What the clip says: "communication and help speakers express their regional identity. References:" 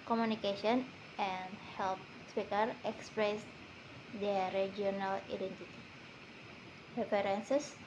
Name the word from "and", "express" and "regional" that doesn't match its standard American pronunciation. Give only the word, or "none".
regional